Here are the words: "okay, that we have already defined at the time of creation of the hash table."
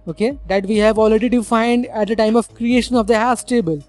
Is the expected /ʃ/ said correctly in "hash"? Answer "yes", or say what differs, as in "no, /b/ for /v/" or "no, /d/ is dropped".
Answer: no, /s/ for /ʃ/